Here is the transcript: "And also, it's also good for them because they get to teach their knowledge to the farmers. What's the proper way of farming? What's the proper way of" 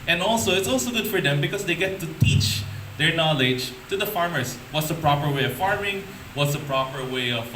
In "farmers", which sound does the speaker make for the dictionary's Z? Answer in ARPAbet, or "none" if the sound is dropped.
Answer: S